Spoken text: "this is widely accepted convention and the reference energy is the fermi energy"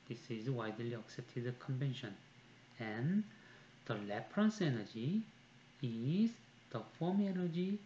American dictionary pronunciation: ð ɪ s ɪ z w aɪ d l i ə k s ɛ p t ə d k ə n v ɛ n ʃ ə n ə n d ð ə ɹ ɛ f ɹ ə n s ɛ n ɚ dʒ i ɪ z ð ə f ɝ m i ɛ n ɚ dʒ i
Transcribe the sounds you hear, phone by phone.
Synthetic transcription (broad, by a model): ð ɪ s ɪ z w aɪ d l i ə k s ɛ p t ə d k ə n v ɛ n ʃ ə n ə n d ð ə l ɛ p ɹ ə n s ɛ n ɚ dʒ i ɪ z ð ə f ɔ m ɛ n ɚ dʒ i